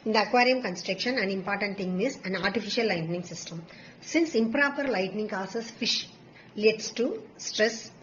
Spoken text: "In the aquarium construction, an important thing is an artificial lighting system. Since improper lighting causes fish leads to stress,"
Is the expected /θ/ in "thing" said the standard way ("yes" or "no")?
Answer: no